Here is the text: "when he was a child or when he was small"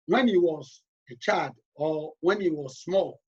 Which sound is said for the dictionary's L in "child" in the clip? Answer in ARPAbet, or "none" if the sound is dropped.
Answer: none